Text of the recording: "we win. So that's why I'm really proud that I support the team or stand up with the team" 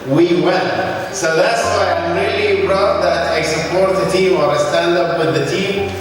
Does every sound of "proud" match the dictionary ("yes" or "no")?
no